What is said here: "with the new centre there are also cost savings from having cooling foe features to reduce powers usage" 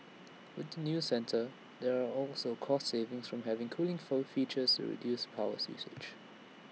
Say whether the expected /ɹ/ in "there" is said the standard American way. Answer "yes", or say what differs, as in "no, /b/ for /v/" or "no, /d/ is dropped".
yes